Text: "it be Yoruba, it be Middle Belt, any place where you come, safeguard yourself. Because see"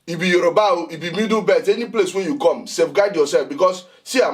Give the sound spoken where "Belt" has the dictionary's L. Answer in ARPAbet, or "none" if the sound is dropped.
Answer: none